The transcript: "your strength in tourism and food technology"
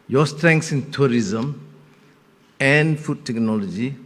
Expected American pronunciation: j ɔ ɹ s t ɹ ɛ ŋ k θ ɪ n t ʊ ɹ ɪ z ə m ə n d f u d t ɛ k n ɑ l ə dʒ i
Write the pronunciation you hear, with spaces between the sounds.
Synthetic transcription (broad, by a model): j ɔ s t ɹ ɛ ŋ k s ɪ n t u ɹ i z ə m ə n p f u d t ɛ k n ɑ l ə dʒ i